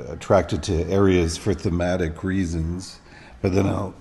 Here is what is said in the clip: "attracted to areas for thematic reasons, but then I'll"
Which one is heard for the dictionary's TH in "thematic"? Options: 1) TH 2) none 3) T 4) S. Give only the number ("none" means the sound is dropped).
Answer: 1